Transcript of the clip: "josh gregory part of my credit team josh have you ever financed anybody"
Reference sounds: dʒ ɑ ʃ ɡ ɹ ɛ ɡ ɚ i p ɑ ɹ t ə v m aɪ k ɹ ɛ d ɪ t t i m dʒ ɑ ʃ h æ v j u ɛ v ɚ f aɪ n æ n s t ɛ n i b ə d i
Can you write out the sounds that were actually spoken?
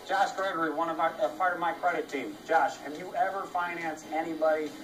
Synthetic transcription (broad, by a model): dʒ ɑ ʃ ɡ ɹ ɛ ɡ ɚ i p ɑ ɹ t ə v m aɪ k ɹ ɛ d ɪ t t i m dʒ ɑ ʃ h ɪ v j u ɛ v ɚ f aɪ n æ n s ɛ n i b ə d i